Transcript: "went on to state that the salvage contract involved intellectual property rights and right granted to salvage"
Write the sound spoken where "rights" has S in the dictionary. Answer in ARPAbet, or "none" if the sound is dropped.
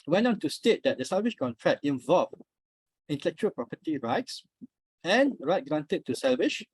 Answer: S